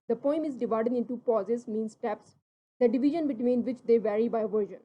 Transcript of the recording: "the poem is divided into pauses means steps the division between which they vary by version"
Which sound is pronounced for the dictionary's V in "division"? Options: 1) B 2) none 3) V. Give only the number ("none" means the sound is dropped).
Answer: 3